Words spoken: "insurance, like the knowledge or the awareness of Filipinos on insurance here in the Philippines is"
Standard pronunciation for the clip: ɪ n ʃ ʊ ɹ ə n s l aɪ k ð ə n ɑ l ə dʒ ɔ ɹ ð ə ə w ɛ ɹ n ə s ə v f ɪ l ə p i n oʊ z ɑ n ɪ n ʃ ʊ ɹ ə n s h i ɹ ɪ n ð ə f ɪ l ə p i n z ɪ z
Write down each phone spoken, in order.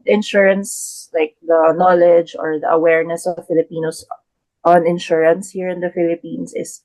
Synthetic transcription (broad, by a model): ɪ n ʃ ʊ ɹ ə n s l aɪ k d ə n ɑ l ə dʒ ɔ ɹ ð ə ə w ɛ ɹ n ə s ə v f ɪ l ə p i n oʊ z ɑ n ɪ n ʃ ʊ ɹ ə n s h i ɹ ɪ n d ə f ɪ l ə p i n s ɪ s